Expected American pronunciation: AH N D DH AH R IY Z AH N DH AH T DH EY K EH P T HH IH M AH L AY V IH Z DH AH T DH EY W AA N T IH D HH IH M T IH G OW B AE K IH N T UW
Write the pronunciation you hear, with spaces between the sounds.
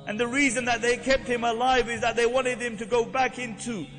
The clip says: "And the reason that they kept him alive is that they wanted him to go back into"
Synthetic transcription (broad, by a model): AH N DH AH R IY Z AH N DH AH T DH EY K EH P T HH IH M AH L AY V IH Z DH AH T DH EY W AA N T IH D HH IH M T IH G OW B AE K IH N T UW